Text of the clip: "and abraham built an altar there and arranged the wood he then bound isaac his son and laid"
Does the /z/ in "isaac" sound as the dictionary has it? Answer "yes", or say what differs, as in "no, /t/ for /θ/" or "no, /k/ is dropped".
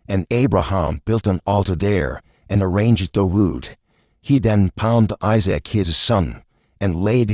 yes